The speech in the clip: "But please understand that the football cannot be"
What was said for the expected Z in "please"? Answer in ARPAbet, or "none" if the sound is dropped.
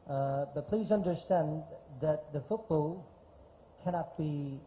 Z